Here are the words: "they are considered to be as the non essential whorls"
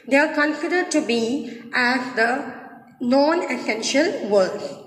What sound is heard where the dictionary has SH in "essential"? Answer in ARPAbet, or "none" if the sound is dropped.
SH